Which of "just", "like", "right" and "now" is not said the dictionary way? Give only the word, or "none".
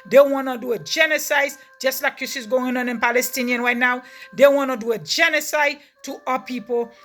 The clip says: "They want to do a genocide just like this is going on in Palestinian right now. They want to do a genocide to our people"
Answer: none